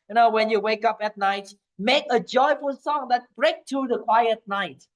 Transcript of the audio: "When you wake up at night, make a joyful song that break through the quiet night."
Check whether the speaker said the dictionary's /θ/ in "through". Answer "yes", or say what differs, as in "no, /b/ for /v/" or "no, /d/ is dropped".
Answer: no, /t/ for /θ/